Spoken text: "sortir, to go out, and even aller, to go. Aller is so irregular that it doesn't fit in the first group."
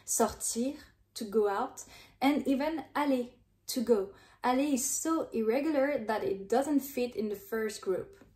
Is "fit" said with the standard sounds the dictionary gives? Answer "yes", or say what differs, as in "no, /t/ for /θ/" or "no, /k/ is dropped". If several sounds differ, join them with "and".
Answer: yes